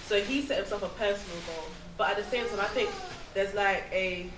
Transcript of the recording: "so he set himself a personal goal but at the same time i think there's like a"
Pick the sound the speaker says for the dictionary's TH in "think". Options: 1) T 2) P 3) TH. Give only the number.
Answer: 3